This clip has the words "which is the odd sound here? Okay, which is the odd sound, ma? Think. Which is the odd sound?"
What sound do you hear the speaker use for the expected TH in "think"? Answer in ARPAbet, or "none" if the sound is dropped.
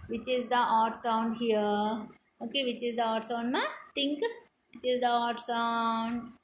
T